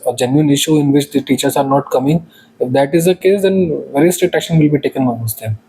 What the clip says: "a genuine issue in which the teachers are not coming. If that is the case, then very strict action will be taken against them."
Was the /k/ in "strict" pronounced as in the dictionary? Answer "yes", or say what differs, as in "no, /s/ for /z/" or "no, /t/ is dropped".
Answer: no, /k/ is dropped